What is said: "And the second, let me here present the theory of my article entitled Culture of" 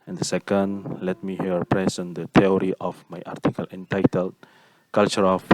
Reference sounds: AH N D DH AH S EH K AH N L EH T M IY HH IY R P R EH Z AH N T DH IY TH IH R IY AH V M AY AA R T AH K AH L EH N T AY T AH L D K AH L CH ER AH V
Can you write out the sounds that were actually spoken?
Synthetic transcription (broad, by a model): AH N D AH S EH K AH N L EH T M IY HH IY R P R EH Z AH N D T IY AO R IY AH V M AY AA R T AH K AH L EH N T AY T AH L D K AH L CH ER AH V